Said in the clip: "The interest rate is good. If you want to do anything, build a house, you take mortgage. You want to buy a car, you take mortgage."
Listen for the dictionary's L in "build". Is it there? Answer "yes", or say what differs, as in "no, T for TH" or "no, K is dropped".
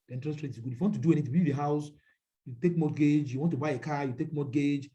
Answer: no, L is dropped